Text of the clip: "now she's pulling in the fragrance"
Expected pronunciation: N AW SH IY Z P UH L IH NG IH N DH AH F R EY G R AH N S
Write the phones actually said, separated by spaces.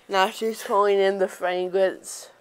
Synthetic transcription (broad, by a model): N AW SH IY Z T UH IH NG IH N DH AH F R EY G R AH N S